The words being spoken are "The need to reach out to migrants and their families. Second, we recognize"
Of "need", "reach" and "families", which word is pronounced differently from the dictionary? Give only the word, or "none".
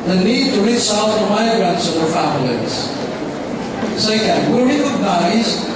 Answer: reach